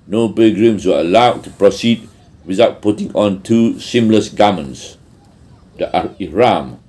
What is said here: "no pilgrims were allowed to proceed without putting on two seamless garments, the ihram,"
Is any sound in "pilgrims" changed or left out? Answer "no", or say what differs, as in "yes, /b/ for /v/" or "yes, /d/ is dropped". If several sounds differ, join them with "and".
yes, /b/ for /p/ and /s/ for /z/